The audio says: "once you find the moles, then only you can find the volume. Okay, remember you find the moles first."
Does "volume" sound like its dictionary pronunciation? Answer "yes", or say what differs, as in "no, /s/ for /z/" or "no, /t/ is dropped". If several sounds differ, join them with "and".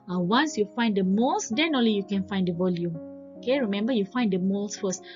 yes